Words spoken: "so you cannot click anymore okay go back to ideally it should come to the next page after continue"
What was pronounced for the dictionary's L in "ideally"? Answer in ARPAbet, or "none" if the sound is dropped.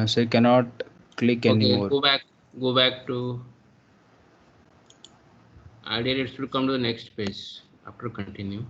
none